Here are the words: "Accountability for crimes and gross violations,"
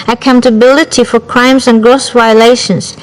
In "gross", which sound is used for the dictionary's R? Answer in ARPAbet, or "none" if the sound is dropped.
R